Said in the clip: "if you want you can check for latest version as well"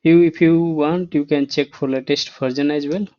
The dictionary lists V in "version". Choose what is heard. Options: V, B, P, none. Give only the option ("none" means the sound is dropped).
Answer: P